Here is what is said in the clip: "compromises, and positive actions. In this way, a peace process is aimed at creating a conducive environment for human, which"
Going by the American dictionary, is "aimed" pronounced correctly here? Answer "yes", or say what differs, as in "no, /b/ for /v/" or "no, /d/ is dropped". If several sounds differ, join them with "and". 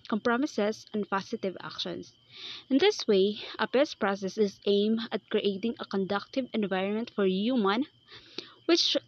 no, /d/ is dropped